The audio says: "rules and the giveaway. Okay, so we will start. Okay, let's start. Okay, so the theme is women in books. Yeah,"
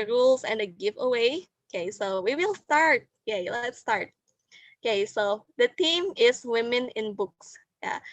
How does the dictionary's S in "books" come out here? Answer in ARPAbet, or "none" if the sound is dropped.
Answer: S